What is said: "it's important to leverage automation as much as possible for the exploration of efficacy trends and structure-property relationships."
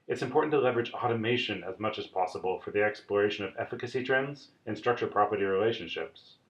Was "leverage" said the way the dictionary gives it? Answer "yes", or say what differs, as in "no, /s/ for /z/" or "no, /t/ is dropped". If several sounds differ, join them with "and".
yes